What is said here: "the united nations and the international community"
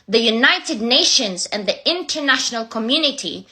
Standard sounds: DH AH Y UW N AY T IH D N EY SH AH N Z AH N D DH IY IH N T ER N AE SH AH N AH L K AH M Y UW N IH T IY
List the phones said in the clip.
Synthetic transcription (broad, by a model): DH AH Y UW N AY T IH D N EY SH AH N Z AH N DH IY IH N T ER N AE SH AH N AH L K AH M Y UW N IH T IY